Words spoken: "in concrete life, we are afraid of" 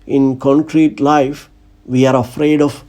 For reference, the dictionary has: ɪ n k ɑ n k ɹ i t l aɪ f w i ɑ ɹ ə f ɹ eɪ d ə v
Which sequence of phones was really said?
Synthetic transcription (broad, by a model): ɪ n k ɑ n k ɹ i t l aɪ f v i ɑ ɹ ə f ɹ eɪ d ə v